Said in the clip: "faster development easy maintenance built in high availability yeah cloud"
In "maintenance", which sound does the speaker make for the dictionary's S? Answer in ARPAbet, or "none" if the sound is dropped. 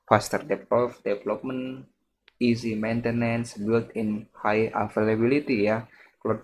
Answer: S